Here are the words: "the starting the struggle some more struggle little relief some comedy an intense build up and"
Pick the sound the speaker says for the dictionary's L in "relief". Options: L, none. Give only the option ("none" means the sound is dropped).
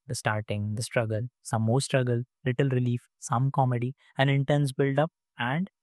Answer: L